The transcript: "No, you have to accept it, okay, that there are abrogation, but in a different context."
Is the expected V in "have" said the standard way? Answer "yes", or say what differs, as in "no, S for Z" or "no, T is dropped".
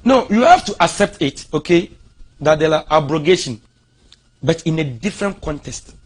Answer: no, F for V